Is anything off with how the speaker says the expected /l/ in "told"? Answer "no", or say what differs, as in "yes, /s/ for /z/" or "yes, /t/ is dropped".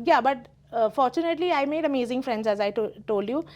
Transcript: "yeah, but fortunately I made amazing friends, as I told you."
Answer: no